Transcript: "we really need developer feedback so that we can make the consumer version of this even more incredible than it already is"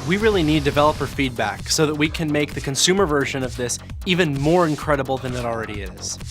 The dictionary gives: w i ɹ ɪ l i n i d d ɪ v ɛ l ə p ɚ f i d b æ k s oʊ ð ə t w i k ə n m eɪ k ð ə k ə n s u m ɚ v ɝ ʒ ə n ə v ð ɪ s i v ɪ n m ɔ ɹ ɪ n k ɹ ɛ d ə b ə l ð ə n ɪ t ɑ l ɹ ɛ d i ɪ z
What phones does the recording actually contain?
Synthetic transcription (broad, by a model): w i ɹ ɪ l i n i d d ɪ v ɛ l ə p ɚ f i d b æ k s oʊ ð ə t w i k ə n m eɪ k ð ə k ə n s u m ɚ v ɝ ʒ ə n ə v ð ɪ s i v ɪ n m ɔ ɹ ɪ n k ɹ ɛ d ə b l ð ə n ɪ t l ɹ ɛ d i ɪ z